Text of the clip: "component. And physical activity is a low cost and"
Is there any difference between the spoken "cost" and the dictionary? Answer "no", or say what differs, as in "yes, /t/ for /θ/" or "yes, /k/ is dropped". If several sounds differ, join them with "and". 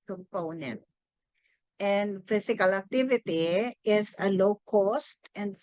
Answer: no